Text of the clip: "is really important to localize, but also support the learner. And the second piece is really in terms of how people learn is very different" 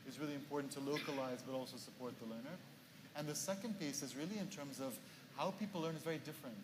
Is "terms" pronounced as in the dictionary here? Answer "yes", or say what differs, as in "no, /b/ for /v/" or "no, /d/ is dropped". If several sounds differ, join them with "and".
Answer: yes